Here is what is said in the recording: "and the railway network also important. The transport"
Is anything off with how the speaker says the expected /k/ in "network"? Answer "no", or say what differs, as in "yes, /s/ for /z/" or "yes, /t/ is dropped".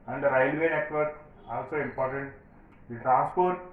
yes, /k/ is dropped